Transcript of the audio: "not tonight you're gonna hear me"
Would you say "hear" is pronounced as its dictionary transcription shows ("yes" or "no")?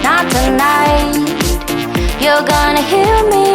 no